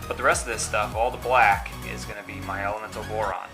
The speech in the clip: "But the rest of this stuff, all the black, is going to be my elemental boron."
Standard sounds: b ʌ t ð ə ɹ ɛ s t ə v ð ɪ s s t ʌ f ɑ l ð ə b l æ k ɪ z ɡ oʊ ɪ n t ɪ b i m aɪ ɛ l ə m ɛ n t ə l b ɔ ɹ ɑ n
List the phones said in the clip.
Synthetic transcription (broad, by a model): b ʌ t ð ə ɹ ɛ s t ə v ð ɪ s s t ʌ f ɑ l ð ə b l æ k ɪ z ɡ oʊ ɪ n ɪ b i m aɪ ɛ l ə m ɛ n t l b ɔ ɹ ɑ n